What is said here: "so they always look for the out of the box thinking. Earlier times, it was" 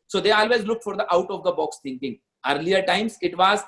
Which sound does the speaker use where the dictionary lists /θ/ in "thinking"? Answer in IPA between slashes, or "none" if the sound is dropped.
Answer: /t/